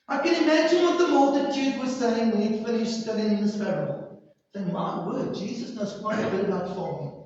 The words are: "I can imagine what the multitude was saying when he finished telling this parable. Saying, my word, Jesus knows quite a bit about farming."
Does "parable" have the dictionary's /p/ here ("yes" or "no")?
no